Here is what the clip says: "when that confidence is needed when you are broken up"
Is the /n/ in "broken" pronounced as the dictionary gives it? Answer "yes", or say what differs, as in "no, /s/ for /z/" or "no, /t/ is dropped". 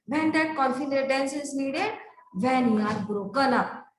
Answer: no, /l/ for /n/